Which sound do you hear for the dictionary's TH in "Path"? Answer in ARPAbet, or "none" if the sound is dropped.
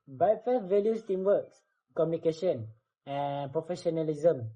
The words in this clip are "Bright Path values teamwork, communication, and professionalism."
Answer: F